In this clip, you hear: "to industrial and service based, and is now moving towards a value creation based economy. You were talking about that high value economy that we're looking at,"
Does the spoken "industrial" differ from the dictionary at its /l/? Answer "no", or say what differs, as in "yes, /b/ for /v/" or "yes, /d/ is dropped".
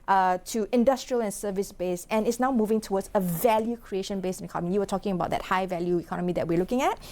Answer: no